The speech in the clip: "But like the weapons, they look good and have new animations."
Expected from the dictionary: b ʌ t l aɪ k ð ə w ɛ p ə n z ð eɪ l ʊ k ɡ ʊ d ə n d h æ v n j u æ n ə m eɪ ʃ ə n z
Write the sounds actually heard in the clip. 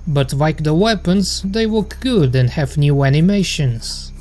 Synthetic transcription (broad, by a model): b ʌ t l aɪ k ð ə w ɛ p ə n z ð eɪ w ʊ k ɡ ʊ d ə n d h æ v n j u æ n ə m eɪ ʃ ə n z